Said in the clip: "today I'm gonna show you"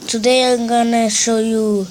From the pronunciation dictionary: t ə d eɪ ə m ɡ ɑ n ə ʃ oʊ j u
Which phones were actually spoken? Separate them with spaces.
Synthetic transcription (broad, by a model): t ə d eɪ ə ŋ ɡ ɑ n ə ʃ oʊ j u